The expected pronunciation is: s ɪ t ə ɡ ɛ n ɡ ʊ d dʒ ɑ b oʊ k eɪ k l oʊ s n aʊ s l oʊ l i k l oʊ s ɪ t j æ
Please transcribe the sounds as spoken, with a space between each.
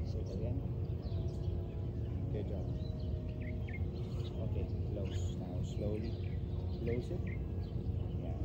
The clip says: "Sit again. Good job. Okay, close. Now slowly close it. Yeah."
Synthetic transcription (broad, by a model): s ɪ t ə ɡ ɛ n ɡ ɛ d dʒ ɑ oʊ k eɪ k l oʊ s n aʊ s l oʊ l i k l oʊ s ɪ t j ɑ